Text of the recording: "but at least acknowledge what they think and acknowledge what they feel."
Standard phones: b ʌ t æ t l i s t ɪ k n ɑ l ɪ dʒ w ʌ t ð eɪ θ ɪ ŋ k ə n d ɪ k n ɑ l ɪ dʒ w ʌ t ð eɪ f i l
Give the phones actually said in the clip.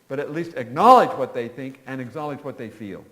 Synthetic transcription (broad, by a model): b ʌ t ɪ t l i s t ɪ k n ɑ l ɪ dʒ w ʌ t ð eɪ θ ɪ ŋ k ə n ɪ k n ɑ l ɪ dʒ w ʌ t ð eɪ f i l